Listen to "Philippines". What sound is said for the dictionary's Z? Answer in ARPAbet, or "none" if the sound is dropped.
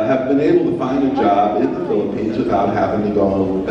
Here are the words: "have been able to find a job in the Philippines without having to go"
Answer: Z